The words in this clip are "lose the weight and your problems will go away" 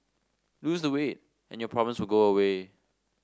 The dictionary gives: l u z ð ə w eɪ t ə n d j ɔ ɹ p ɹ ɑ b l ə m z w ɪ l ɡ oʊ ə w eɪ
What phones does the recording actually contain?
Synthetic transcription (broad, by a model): l u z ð ə w eɪ t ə n j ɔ p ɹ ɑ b ə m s w ɪ l ɡ oʊ ə w eɪ